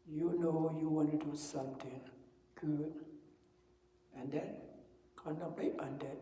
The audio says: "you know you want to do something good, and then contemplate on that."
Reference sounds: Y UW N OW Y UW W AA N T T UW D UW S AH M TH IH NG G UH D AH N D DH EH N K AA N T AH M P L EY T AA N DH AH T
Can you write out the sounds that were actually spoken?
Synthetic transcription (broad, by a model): Y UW N OW Y UW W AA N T T UW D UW S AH M T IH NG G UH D AH N D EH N K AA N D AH P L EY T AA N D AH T